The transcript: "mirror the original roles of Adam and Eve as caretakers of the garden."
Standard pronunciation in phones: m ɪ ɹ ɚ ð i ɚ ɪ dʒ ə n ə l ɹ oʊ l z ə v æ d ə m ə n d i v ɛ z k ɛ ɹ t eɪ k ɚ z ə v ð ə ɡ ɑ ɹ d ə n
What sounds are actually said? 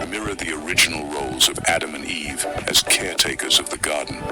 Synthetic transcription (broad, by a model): m ɪ ɹ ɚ ð i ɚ ɪ dʒ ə n l ɹ oʊ l z ə v æ d ə m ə n i v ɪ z k ɛ ɹ t eɪ k ɚ z ə v ð ə ɡ ɑ ɹ d n